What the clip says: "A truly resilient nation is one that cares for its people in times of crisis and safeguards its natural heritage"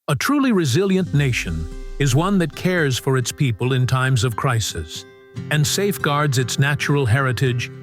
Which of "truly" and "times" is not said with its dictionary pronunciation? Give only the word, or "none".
none